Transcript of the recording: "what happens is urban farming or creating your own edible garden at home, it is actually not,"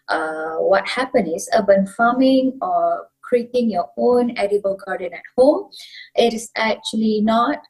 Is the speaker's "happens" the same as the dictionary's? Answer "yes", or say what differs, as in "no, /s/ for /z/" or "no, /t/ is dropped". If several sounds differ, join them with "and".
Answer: no, /z/ is dropped